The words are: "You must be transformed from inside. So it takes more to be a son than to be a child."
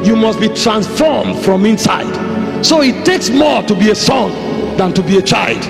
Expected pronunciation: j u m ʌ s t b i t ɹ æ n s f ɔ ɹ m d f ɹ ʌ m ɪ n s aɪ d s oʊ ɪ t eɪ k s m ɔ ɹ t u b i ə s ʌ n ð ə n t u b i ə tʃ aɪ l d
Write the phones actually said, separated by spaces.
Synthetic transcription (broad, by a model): j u m ʌ s t b i t ɹ æ n s f ɔ ɹ m d f ɹ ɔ m ɪ n s aɪ d s oʊ ɪ t eɪ k s m ɔ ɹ t u b i ə s ʌ n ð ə n t u b i ə tʃ aɪ l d